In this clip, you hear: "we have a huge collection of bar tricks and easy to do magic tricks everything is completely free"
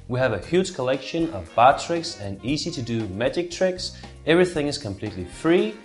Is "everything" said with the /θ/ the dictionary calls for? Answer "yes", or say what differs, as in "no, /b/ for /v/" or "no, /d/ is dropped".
yes